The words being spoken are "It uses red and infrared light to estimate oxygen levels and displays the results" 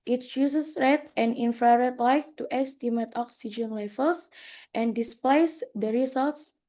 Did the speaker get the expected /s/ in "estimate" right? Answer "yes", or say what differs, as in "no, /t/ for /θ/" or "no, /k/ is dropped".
yes